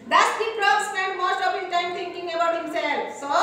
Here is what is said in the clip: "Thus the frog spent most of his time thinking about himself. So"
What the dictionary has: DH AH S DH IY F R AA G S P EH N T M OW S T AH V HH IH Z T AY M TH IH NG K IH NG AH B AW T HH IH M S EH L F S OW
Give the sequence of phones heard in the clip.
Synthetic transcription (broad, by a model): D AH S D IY P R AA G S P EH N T M OW S T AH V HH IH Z T AY M T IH NG K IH NG AH B AW T HH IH M S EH L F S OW